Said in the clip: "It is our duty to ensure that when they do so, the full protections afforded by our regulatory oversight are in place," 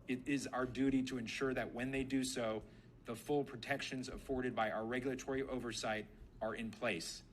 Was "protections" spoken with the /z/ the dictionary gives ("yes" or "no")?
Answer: yes